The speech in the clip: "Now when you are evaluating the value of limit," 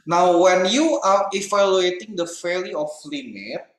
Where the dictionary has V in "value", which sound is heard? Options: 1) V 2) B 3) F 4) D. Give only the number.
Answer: 3